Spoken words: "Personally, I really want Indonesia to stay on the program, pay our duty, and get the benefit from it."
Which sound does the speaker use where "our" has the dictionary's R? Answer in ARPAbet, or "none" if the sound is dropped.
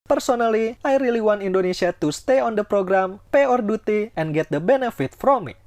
R